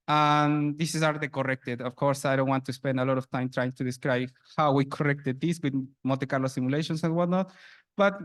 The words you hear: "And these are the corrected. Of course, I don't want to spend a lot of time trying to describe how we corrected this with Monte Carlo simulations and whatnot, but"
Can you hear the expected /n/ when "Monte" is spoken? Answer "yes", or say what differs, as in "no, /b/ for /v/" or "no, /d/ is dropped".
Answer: no, /n/ is dropped